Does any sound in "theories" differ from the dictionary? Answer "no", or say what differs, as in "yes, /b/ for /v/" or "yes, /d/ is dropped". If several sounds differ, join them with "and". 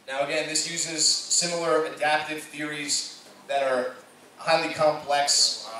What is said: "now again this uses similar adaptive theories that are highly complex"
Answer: no